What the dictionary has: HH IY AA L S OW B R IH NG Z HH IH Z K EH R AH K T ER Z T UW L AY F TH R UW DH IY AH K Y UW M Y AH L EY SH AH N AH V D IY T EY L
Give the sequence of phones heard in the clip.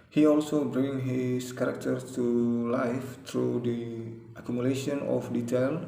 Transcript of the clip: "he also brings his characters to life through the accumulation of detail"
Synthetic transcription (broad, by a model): HH IY AA L S OW B R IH NG HH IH S K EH R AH K T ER T UW L AY F T R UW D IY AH K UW M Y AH L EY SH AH N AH F D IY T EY L